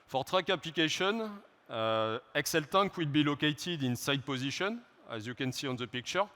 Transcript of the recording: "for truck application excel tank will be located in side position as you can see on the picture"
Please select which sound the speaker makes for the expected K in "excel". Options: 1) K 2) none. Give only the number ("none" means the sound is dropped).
1